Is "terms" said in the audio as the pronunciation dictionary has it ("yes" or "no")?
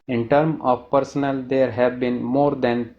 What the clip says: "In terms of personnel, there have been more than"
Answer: no